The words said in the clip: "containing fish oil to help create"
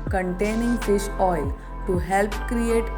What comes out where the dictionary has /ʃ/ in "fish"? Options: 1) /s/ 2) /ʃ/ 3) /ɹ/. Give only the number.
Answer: 1